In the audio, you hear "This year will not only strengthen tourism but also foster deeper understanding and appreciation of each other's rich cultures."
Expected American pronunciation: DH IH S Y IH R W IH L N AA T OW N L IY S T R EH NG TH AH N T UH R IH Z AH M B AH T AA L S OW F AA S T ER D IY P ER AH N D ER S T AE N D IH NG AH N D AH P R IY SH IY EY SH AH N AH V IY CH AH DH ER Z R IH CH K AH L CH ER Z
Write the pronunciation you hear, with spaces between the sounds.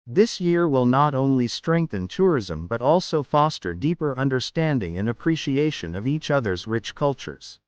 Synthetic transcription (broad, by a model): DH IH S Y IH R W IH L N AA T OW N L IY S T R EH NG TH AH N T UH R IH Z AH M B AH T AA L S OW F AA S T ER D IY P ER AH N D ER S T AE N D IH NG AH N AH P R IY SH IY EY SH AH N AH V IY CH AH DH ER Z R IH CH K AH L CH ER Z